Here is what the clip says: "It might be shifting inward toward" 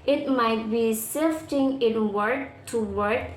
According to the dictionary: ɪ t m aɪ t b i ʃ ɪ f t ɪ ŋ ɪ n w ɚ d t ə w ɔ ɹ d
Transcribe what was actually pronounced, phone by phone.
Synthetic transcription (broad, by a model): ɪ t m aɪ t b i s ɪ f t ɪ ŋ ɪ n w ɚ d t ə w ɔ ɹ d